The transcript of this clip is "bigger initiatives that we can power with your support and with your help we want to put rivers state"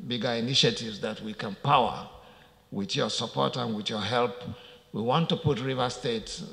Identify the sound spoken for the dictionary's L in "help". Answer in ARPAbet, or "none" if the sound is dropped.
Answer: L